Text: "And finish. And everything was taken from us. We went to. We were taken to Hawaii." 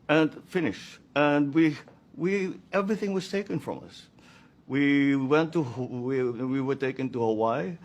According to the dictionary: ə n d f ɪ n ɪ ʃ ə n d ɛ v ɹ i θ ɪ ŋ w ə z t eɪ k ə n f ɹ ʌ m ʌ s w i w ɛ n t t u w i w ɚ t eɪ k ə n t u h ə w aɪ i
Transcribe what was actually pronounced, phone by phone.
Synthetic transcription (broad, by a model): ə n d f ɪ n ɪ ʃ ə n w ɛ v ɹ i θ ɪ ŋ w ə z t eɪ k ə n f ɹ ʌ m ʌ s w i w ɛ n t t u w i w ɚ t eɪ k ə n t u h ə w aɪ